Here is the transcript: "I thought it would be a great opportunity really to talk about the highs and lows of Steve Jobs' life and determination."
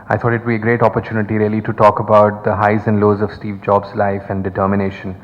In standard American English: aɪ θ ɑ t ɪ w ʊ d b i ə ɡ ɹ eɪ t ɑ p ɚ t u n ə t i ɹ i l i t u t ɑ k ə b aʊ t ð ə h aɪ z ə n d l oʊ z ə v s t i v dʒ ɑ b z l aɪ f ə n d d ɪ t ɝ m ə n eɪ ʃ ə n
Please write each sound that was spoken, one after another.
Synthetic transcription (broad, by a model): aɪ t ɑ t ɪ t b i ə ɡ ɹ eɪ t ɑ p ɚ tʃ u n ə t i ɹ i l i t u t ɑ k ə b aʊ t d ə h aɪ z ə n d l oʊ z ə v s t i v dʒ ɑ b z l aɪ f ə n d d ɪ t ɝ m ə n eɪ ʃ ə n